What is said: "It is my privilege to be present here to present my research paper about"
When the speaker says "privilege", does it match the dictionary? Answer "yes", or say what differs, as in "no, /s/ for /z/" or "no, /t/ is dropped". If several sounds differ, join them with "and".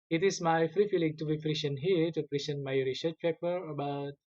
no, /f/ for /p/ and /f/ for /v/